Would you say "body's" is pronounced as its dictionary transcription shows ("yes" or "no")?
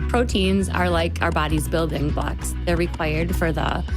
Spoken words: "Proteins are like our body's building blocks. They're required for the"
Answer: yes